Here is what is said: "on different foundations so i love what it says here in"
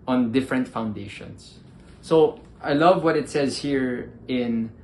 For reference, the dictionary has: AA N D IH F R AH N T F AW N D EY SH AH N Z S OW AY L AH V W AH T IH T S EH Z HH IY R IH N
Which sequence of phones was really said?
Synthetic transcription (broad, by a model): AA N D IH F R AH N T F AW N D EY SH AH N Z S OW AY L AH V W AH T IH T S EH Z HH IY R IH N